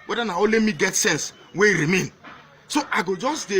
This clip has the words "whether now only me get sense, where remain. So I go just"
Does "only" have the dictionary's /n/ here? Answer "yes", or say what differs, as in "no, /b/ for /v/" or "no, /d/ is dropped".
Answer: no, /n/ is dropped